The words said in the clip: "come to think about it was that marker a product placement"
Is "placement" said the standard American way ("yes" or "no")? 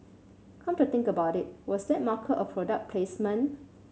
no